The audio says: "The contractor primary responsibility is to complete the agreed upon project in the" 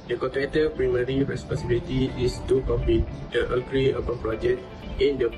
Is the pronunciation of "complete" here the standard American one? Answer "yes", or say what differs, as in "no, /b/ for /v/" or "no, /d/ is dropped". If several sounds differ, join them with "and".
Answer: no, /l/ is dropped